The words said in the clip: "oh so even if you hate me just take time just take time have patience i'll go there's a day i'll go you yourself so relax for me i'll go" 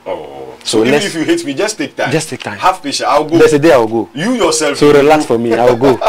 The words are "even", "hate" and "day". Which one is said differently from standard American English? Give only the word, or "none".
even